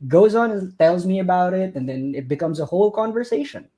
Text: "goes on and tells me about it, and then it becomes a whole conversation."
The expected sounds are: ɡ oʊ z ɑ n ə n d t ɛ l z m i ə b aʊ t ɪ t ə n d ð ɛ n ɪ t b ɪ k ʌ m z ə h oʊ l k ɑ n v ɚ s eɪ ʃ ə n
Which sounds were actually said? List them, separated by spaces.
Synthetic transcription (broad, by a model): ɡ oʊ z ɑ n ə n t ɛ l z m i ə b aʊ t ɪ t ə n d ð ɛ n ɪ t b ɪ k ʌ m z ə h oʊ l k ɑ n v ɚ s eɪ ʃ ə n